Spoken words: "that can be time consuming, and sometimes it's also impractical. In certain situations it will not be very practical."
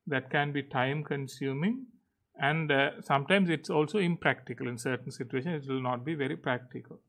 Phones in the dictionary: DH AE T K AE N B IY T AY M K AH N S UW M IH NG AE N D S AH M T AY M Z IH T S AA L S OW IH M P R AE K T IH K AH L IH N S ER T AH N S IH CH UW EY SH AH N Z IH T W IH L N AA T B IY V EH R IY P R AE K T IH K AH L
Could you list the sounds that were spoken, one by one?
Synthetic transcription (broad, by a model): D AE T K AE N B IY T AY M K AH N S UW M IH NG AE N D S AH M T AY M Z IH T S AA L S OW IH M P R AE K T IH K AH L IH N S ER T AH N S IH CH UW EY SH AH N IH T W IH L N AA T B IY V EH R IY P R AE K T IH K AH L